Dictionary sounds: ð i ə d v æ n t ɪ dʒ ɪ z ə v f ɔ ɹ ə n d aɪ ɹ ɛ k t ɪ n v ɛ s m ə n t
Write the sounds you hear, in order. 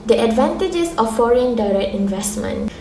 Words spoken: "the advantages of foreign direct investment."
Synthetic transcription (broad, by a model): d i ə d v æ n t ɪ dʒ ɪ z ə f ɔ ɹ ə n d aɪ ɹ ɛ k t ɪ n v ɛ s m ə n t